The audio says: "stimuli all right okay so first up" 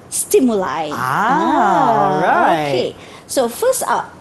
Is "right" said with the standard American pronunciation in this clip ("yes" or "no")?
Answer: no